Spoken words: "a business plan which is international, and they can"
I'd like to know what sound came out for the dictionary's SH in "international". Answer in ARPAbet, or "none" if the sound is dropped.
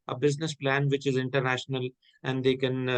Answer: SH